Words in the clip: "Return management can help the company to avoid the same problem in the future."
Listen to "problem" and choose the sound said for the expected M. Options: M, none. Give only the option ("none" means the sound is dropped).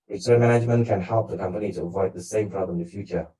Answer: none